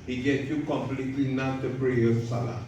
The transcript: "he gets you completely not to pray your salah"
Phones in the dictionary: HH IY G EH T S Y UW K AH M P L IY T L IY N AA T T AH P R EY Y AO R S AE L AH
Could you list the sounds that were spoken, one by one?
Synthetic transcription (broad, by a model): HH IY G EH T Y UW K AH M P L IY T L IY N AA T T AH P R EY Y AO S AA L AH